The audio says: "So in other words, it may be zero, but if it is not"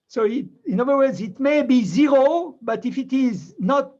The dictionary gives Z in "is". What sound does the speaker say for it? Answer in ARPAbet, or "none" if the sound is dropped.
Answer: Z